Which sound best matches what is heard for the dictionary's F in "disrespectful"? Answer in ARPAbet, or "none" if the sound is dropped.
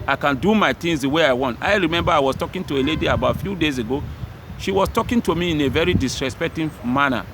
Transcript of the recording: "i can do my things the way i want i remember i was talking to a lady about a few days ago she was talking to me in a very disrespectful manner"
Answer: none